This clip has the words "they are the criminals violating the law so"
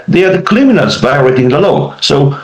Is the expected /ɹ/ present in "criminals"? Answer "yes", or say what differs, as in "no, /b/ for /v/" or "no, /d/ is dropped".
no, /l/ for /ɹ/